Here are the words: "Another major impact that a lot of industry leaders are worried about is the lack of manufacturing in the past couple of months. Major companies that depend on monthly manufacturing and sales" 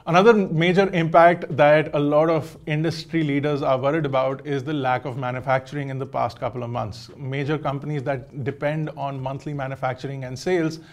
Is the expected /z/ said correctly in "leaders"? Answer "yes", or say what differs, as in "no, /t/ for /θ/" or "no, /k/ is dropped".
yes